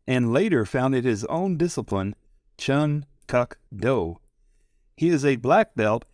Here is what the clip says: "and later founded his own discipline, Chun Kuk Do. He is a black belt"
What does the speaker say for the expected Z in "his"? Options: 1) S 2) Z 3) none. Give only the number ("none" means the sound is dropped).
2